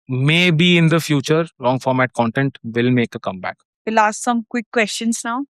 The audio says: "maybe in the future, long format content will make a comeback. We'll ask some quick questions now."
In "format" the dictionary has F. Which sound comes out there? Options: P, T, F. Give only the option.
F